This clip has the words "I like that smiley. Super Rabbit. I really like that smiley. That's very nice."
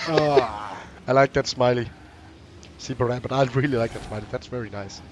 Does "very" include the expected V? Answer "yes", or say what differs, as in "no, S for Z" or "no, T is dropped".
yes